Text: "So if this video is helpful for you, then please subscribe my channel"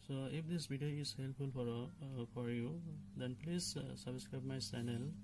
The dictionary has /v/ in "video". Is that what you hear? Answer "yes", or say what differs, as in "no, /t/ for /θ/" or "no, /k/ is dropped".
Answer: no, /b/ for /v/